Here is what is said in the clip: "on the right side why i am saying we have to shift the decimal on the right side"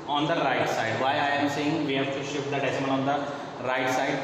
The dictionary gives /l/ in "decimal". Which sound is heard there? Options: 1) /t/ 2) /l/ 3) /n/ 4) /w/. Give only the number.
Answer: 3